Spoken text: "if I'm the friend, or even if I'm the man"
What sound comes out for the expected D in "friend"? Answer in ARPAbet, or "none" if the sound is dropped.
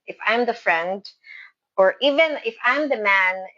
D